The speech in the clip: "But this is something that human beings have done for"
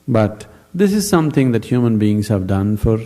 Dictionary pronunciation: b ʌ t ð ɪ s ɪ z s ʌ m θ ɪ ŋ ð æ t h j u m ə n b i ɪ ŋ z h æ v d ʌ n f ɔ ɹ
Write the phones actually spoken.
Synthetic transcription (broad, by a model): b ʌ t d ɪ s ɪ z s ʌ m t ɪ ŋ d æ t h j u m ə n b i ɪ ŋ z h æ v d ʌ n f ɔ ɹ